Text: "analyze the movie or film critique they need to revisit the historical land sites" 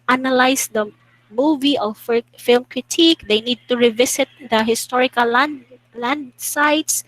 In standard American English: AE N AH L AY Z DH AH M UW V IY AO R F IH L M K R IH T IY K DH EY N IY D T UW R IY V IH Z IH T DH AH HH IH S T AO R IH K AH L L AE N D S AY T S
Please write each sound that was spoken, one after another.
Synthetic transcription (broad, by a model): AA N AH L AY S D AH M UW V IY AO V F IH L M K R IH T IY K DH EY N IY D T UW R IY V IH S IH T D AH HH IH S T AO R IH K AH L L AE N D S AY T S